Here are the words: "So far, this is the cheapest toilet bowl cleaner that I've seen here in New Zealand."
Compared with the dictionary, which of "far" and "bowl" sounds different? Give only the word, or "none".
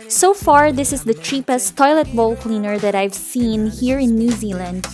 none